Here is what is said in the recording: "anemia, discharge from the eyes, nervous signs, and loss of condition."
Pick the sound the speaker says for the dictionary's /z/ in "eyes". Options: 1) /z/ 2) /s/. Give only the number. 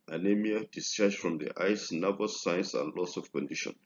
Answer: 2